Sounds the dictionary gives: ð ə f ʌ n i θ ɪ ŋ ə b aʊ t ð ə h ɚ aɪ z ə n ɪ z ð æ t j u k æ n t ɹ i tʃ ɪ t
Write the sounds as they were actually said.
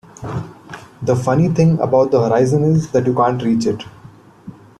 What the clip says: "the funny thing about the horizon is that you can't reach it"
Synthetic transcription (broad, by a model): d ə f ʌ n i t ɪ ŋ ə b aʊ t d ə h ɚ aɪ z ə n ɪ z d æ t j u k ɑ n t ɹ i tʃ ɪ t